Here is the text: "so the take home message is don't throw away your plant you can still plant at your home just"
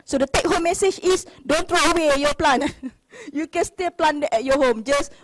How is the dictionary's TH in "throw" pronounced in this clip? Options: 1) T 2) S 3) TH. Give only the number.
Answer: 1